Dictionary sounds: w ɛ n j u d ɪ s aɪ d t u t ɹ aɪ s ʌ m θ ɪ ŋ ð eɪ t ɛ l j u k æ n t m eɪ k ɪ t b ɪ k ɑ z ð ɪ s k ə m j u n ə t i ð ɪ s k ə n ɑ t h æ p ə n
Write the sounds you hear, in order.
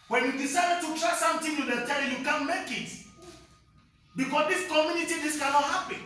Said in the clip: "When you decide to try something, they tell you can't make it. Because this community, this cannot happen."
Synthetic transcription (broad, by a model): w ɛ n j u d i s aɪ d t u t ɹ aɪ s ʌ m t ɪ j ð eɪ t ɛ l j u k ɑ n m eɪ k ɪ t b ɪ k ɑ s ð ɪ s k ə m j u n ə t i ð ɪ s k ə n ɑ t h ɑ p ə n